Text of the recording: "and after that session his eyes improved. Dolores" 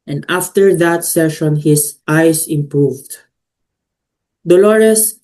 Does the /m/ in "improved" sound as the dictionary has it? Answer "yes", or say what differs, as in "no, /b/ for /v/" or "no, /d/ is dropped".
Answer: yes